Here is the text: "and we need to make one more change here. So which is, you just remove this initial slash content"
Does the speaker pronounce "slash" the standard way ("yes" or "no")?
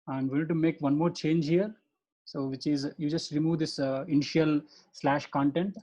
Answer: yes